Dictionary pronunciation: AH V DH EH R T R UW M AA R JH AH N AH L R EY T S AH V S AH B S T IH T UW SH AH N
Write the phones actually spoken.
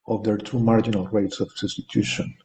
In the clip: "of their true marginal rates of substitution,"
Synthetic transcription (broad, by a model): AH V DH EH R T UW M AA R JH AH N AH L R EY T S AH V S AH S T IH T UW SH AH N